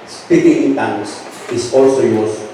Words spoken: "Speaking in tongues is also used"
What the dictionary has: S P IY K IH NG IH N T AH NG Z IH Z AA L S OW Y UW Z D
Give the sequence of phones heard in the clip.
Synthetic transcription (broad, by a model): S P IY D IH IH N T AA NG S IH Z AA L S OW Y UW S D